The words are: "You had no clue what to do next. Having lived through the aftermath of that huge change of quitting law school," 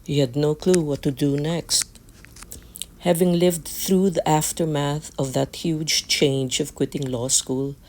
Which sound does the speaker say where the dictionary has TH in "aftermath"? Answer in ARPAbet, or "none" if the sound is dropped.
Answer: TH